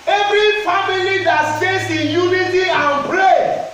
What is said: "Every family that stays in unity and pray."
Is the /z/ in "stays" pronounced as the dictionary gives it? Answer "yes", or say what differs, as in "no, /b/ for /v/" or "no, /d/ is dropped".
no, /s/ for /z/